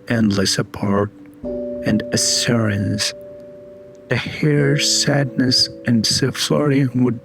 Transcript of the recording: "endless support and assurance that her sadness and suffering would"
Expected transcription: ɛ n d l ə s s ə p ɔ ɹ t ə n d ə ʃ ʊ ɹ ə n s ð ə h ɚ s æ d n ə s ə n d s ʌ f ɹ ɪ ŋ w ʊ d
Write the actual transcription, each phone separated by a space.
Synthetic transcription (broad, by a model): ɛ n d l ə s s ə p ɔ ɹ t ə n d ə s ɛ ɹ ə n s ð ə h ɚ s æ d n ə s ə n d s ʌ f l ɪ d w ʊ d